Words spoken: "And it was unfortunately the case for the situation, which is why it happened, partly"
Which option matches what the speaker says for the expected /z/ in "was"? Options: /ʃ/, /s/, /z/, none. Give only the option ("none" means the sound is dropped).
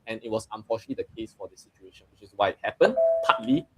/s/